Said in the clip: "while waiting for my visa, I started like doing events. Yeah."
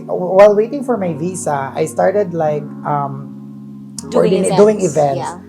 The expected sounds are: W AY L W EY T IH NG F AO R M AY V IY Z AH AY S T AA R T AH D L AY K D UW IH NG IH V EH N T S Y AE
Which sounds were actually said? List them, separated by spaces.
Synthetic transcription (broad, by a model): W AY L W EY T IH NG F AO R M AY V IY S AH AY S T AA R T AH D L AY K D UW IH NG IH V EH N T S